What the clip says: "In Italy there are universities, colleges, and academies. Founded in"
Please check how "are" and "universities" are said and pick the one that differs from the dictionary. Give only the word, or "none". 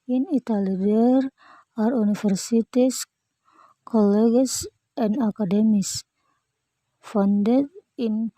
universities